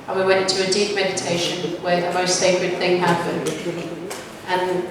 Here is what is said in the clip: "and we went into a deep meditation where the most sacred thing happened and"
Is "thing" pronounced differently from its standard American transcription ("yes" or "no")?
no